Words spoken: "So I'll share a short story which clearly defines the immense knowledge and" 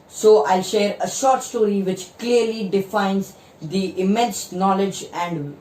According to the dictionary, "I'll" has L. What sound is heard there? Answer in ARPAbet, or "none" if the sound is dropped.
L